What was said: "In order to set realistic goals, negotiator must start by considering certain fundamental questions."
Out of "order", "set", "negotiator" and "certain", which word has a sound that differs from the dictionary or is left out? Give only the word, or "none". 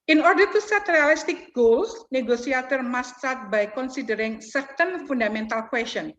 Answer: negotiator